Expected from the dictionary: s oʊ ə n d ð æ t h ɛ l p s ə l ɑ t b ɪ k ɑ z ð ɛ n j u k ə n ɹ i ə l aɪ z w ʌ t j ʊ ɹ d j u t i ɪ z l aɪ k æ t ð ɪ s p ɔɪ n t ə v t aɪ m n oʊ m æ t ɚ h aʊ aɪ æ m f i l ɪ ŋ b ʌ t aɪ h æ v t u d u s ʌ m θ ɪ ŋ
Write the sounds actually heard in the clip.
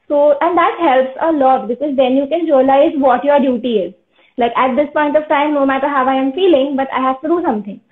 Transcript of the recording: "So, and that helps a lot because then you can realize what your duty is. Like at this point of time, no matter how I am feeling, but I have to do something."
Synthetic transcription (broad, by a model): s oʊ ə n d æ t h ɛ l p s ə l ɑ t b ɪ k ɑ z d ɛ n j u k ə n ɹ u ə l aɪ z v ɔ t j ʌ ɹ d j u t i ɪ z l aɪ k æ t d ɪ s p ɔɪ n t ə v t aɪ m n oʊ m æ t ɚ h aʊ aɪ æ m f i l ɪ ŋ b ʌ t aɪ h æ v t u d u s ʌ m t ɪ ŋ